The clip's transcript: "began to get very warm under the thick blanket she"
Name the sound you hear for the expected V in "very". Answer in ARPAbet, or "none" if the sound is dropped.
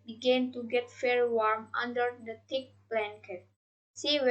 F